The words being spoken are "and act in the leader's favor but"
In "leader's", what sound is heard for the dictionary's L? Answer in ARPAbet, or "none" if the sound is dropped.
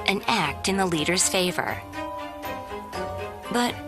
L